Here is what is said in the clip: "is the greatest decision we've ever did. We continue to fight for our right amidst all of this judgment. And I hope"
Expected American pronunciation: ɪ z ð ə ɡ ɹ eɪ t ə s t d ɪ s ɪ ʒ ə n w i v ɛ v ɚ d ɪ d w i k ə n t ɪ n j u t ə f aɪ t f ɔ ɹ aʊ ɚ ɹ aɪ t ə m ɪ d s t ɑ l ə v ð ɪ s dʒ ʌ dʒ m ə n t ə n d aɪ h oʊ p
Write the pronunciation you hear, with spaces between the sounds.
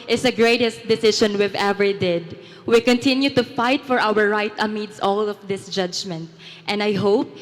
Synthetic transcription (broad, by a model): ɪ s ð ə ɡ ɹ eɪ t ə s t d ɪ s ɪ ʃ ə n w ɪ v ɛ v ɚ d ɪ d w i k ə n t ɪ n j u t ə f aɪ t f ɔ ɹ aʊ ɚ ɹ aɪ t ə m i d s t ɑ l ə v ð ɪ s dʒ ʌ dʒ m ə n t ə n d aɪ h oʊ p